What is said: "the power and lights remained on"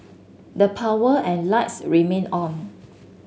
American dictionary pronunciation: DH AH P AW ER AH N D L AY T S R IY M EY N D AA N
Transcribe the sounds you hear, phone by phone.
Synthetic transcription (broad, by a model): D AH P AW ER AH N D L AY T S R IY M EY N AA N